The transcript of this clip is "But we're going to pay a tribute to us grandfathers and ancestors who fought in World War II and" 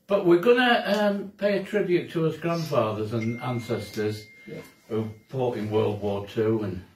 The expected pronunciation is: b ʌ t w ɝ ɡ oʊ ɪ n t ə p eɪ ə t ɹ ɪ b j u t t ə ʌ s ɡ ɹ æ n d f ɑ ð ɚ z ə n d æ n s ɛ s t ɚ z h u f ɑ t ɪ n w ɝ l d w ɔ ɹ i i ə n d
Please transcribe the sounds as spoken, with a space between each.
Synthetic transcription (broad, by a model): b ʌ t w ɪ ɡ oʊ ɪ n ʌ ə p eɪ ə t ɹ ɪ b j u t t ə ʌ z ɡ ɹ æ n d f ɑ ð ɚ z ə n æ n s ɛ s t ɚ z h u p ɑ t ɪ n w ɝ l d w ɔ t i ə n